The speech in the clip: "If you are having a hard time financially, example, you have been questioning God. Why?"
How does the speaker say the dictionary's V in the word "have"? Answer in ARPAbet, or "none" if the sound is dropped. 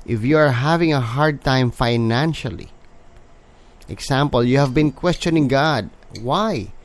V